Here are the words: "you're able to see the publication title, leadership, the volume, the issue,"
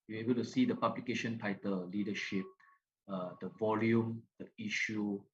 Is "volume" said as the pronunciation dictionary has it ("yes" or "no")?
yes